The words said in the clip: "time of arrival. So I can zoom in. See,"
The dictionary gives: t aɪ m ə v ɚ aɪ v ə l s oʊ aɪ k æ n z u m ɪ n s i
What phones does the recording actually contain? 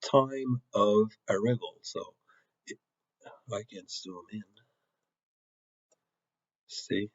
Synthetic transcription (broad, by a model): t aɪ m ə v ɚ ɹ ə l s oʊ aɪ k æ n s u m ɪ n s i